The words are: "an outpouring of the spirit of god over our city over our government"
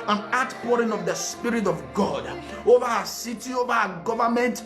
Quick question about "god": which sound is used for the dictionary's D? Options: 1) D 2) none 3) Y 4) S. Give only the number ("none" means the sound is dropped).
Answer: 1